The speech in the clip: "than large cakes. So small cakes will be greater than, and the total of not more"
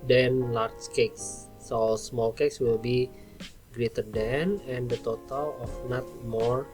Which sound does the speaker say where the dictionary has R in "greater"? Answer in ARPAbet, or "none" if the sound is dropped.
R